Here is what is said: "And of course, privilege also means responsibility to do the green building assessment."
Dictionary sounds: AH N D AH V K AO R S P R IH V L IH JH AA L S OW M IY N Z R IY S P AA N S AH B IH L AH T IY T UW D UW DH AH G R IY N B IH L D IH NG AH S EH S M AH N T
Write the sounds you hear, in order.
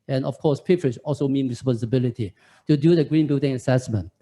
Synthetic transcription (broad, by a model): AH N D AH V K AO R S P IH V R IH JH AA L S OW M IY N R IY S P AA N S AH B IH L AH T IY T UW D UW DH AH G R IY N B IH L D IH NG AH S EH S M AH N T